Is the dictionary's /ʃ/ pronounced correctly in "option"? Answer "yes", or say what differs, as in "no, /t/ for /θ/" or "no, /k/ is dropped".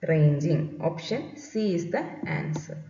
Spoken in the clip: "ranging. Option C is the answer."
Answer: yes